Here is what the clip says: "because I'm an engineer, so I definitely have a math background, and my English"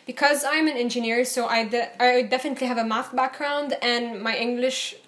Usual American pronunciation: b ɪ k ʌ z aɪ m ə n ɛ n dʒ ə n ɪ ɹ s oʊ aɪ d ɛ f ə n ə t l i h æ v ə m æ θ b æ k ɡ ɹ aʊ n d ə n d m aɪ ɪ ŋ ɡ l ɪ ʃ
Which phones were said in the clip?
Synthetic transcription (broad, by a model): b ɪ k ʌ z aɪ m ə n ɛ n dʒ ə n ɪ ɹ s oʊ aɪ d ɛ f ə n ə t l i h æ v ə m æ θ b æ k ɡ ɹ aʊ n d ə n m aɪ ɪ ŋ ɡ l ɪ ʃ